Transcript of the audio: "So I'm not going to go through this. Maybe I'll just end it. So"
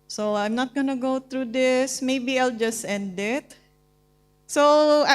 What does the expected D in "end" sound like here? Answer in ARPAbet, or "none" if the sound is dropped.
D